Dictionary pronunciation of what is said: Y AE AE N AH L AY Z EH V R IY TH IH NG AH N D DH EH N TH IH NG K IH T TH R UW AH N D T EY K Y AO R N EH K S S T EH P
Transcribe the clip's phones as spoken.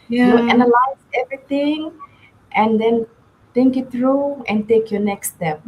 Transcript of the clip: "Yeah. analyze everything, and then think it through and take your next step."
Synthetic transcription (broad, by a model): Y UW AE N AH L AY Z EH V R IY T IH NG AH N D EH N T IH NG K IH T T R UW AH N T EY K Y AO N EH K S S T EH P